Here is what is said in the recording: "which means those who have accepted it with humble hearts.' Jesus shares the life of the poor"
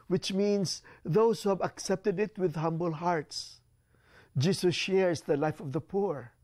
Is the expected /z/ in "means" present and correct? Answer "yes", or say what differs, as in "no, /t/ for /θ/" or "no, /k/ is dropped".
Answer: no, /s/ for /z/